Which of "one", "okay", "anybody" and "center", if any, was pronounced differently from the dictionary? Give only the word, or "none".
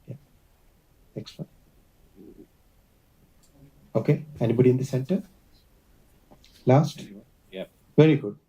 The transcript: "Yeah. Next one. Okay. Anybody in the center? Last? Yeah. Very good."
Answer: one